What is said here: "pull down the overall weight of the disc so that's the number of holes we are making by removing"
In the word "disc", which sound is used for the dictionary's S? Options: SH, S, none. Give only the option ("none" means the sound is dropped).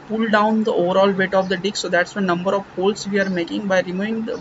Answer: none